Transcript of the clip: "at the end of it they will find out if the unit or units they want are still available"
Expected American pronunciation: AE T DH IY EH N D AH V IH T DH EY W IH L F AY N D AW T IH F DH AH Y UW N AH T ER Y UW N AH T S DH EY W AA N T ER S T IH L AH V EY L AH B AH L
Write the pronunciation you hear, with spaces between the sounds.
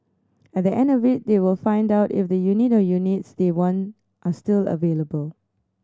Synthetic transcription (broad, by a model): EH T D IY EH N D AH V IH T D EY W IH L F AY N D AW T IH F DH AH Y UW N AH T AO Y UW N AH T S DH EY W AA N T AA S T IH L AH V EY L AH B AH L